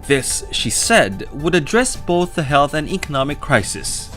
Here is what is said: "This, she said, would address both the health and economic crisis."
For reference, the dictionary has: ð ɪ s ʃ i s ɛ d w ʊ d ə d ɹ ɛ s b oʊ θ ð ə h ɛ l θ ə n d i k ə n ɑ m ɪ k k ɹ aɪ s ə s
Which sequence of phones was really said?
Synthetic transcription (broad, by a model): ð ɪ s ʃ i s ɛ d w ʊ d ə d ɹ ɛ s b oʊ θ ð ə h ɛ l θ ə n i k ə n ɑ m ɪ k k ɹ aɪ s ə s